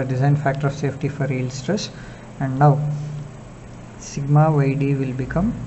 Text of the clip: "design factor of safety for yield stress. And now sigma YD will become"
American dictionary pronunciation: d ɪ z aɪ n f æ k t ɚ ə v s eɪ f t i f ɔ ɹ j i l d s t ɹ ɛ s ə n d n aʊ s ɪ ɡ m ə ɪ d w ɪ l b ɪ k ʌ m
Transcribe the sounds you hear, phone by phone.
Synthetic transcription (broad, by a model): d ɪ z aɪ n f æ k t ɚ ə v s eɪ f t i f ɔ ɹ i l s t ɹ ɛ s ə n d n aʊ s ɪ ɡ m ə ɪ d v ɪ l b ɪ k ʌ m